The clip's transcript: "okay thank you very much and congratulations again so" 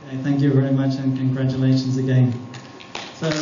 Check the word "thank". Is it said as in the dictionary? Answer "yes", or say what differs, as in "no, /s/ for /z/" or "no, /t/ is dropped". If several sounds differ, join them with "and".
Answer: yes